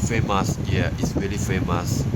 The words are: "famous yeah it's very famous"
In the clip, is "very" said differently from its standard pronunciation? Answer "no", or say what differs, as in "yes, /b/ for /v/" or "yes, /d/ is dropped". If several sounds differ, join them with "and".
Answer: yes, /l/ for /ɹ/